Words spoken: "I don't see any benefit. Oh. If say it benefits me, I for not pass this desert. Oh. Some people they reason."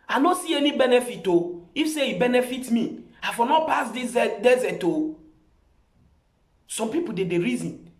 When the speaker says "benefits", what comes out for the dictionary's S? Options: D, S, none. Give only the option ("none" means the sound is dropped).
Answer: none